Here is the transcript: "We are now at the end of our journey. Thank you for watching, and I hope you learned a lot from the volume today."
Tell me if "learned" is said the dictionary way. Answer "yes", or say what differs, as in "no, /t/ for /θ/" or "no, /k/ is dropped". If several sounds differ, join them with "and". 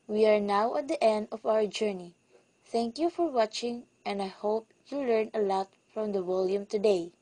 no, /d/ is dropped